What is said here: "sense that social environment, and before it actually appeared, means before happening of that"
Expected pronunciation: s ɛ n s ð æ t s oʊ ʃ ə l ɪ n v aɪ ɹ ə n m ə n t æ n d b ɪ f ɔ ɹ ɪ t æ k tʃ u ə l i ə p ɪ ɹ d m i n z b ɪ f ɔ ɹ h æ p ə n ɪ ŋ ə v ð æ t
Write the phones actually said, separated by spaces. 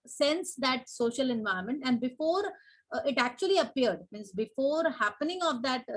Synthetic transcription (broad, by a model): s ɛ n s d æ t s oʊ ʃ ə l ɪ n v aɪ ə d m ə n t æ n d b ɪ f ɔ ɹ ɪ t æ k tʃ u ə l i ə p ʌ ɹ d m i n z b ɪ f ɔ ɹ h æ p ə n ɪ ŋ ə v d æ t